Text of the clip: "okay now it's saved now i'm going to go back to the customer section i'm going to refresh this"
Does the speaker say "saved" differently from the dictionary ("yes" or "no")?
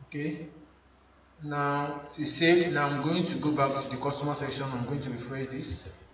yes